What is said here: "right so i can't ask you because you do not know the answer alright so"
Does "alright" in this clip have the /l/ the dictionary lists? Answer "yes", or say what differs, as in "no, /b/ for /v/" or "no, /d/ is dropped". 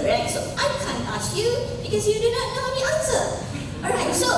no, /l/ is dropped